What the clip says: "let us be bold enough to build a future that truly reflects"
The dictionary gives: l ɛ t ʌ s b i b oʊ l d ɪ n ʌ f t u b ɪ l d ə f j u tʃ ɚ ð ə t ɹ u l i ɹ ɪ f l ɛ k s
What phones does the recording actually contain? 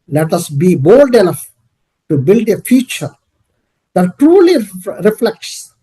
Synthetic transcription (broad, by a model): l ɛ t ʌ s b i b oʊ l d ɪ l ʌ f t u b ɪ l d ə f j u tʃ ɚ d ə t ɹ u l i ɹ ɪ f l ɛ k s